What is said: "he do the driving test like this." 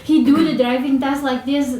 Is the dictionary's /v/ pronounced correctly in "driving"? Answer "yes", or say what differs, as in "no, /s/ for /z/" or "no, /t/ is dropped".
yes